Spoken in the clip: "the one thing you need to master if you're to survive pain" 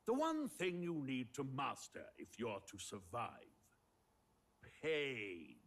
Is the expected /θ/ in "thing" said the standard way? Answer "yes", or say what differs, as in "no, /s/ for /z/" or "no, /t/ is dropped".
yes